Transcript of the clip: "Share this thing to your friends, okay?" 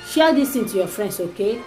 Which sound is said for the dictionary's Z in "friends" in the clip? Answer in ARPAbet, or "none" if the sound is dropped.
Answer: S